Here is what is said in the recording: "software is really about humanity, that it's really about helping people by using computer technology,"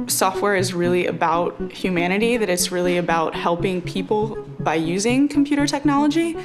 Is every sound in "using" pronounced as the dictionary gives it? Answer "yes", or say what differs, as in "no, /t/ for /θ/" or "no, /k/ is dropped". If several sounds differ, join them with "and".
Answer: yes